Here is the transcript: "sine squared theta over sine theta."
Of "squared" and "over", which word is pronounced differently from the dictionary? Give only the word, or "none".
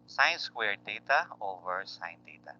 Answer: none